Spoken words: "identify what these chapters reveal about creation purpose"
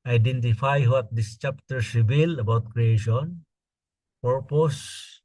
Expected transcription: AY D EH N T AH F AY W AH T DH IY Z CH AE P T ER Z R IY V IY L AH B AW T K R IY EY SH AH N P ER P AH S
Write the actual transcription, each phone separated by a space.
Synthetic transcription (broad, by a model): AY D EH N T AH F AY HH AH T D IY S CH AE P T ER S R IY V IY L AH B AW T K R IY EY SH AH N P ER P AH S